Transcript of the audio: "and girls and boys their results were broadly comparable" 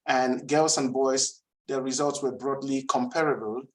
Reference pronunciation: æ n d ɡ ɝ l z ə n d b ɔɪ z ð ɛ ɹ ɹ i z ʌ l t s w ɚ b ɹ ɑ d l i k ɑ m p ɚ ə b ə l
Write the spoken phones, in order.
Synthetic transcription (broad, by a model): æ n ɡ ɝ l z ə n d b ɔɪ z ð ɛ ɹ ɹ i z ʌ l t s w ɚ b ɹ ɑ d l i k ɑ m p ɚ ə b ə l